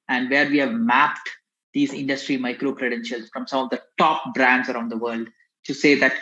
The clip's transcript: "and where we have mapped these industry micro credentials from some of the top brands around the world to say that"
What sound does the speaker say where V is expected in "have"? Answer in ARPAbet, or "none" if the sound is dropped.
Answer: V